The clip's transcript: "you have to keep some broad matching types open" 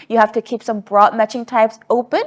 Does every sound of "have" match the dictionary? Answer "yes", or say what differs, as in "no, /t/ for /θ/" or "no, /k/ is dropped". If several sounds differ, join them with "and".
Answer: no, /f/ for /v/